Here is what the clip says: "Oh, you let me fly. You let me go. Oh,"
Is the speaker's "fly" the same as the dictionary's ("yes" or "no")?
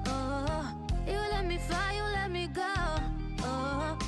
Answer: no